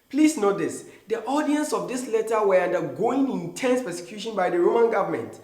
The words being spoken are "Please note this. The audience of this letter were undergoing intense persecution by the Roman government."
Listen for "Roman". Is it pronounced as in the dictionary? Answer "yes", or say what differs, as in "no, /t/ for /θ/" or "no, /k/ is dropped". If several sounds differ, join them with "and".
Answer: yes